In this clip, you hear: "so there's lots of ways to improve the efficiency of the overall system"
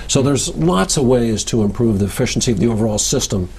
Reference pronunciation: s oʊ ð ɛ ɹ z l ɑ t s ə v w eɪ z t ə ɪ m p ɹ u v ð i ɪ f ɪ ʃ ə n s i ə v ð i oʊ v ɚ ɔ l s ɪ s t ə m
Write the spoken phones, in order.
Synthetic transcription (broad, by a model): s oʊ ð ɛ ɹ z l ɑ t s ə v w eɪ z t ə ɪ m p ɹ u v ð i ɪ f ɪ ʃ n s i ə v ð i oʊ v ɚ ɔ l s ɪ s t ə m